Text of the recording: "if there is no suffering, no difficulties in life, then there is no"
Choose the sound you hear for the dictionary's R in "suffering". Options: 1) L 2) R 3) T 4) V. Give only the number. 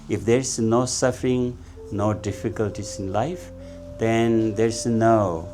2